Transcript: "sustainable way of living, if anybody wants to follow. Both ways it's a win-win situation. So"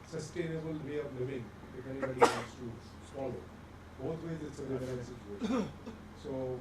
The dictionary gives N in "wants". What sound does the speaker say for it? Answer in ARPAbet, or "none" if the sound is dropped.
none